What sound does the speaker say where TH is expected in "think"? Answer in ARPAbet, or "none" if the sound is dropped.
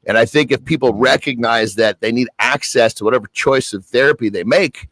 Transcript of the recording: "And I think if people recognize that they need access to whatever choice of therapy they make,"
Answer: TH